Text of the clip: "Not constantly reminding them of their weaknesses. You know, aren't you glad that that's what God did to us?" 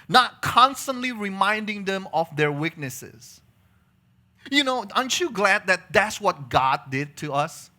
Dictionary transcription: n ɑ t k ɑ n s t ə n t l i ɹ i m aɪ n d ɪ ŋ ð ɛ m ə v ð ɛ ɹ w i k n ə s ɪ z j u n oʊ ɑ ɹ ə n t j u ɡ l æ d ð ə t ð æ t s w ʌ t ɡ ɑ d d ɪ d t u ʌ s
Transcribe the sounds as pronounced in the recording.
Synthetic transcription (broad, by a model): n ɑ t k ɑ n s t ə n t l i ɹ i m aɪ n d ɪ ŋ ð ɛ m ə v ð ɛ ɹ w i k n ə s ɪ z j u n oʊ ɑ ə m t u ɡ l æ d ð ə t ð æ t s w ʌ t ɡ ɑ d d ɪ d t u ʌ s